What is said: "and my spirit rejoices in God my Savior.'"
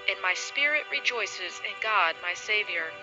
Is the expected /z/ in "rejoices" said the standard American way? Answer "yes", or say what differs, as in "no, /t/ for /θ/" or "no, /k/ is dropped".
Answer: yes